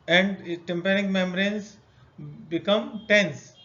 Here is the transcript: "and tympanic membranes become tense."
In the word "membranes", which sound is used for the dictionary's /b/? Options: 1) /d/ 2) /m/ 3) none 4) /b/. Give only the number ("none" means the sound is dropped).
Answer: 3